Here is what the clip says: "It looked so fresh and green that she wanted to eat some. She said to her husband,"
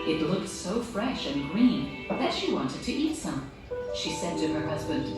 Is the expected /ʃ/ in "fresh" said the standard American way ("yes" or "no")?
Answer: yes